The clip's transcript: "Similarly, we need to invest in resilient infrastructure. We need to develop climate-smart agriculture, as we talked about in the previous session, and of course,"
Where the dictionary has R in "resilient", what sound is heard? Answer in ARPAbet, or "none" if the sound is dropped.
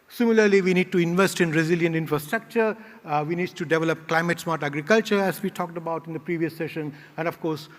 R